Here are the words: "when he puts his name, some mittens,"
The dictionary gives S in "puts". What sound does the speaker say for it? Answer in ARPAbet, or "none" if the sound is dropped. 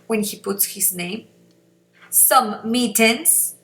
S